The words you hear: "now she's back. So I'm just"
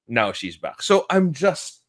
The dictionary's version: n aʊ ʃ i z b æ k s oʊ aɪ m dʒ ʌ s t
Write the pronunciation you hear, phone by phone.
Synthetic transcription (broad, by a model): n aʊ ʃ i z b æ k s oʊ aɪ m dʒ ʌ s t